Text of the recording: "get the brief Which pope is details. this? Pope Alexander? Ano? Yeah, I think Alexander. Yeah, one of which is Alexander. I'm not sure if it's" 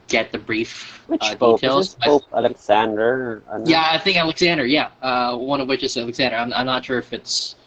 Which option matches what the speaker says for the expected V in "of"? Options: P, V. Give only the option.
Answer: V